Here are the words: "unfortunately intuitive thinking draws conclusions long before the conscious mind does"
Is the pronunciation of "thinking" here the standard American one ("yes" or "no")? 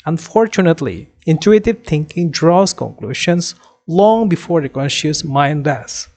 no